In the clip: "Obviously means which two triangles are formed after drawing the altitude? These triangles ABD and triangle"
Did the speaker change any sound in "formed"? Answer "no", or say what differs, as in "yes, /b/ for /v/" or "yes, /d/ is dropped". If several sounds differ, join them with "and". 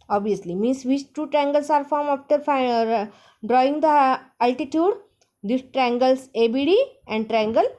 yes, /d/ is dropped